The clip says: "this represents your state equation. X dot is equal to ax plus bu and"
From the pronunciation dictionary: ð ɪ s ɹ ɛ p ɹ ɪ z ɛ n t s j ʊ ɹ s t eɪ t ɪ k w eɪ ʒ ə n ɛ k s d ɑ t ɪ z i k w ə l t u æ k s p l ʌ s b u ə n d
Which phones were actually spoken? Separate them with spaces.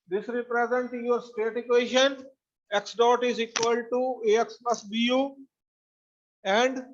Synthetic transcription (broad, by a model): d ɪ s ɹ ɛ p ɹ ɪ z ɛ n t j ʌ ɹ s t eɪ t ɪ k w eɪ ʃ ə n ɛ k s d ɑ t ɪ z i k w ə l t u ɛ k s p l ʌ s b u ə n d